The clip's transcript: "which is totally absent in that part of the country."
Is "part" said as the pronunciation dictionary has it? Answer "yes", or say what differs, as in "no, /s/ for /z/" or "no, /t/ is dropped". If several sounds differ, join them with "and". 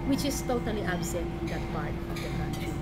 no, /b/ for /p/